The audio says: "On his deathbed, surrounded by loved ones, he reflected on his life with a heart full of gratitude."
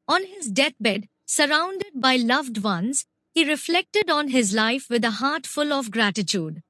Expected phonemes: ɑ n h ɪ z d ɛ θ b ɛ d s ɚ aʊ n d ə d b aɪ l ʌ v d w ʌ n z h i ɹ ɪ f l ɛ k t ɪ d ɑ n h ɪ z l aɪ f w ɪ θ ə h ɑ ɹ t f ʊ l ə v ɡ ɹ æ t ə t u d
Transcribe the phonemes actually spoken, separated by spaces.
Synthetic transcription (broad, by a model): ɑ n h ɪ z d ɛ t b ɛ d s ɚ aʊ n d ə d b aɪ l ʌ v d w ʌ n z h i ɹ ɪ f l ɛ k t ɪ d ɑ n h ɪ z l aɪ f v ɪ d ə h ɑ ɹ t f ʊ l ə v ɡ ɹ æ t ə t u d